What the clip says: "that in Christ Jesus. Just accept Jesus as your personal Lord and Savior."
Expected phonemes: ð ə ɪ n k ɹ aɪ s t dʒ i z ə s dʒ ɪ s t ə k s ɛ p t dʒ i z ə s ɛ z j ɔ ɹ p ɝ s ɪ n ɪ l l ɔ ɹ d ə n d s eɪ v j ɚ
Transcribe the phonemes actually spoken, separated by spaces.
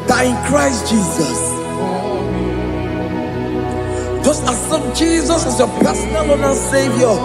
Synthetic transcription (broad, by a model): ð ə ɪ n k ɹ aɪ s t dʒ i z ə s dʒ ɪ s t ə s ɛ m dʒ i z ə s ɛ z j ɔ p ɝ s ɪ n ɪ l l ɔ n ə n s eɪ v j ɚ